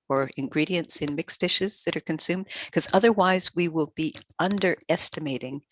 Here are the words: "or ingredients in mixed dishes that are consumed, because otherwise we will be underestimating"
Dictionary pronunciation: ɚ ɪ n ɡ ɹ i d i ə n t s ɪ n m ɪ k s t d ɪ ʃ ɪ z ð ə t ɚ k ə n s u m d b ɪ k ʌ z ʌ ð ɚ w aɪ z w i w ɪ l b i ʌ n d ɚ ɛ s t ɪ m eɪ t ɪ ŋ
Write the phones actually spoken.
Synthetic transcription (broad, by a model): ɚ ɪ n ɡ ɹ i d i ə n t s ɪ n m ɪ k s d ɪ ʃ ɪ z ð ə t ɚ k ə n s u m d k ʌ z ʌ ð ɚ w aɪ z w i w ɪ l b i ʌ n d ɚ ɛ s t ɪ m eɪ t ɪ ŋ